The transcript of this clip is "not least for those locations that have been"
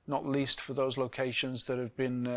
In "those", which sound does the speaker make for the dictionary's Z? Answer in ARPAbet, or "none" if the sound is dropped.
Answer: Z